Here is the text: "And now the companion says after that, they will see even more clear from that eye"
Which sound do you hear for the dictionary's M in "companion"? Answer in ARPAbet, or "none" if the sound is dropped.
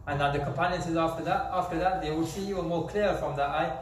M